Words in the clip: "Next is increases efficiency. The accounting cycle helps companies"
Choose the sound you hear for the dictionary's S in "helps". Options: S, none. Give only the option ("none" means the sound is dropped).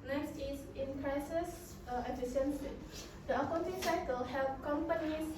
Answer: none